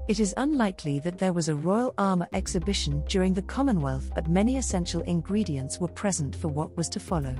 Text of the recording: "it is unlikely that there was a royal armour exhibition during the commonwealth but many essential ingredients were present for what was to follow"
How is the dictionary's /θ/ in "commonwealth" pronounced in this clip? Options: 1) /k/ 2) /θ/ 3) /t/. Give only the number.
2